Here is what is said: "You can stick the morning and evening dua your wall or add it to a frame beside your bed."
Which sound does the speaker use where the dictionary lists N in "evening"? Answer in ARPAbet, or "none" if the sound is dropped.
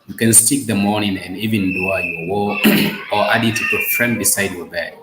none